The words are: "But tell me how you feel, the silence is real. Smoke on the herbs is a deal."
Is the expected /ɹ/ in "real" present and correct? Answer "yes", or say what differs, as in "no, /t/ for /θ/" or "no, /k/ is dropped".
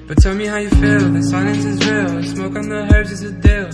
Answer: no, /w/ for /ɹ/